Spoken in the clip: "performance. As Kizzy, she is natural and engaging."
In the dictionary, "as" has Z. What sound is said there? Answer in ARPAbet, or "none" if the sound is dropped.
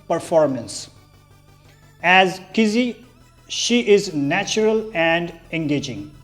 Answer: Z